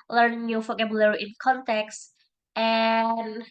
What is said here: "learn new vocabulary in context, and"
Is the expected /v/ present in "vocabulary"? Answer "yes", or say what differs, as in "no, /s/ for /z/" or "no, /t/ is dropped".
no, /f/ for /v/